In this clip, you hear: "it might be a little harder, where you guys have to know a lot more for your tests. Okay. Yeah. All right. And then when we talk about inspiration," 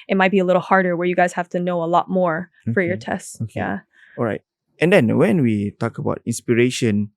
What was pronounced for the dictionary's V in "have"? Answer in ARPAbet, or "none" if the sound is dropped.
F